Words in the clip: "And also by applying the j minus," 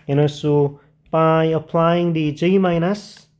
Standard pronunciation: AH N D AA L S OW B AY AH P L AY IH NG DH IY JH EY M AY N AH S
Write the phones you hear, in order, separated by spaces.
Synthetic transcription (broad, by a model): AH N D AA S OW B AY AH P L AY IH NG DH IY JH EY M AY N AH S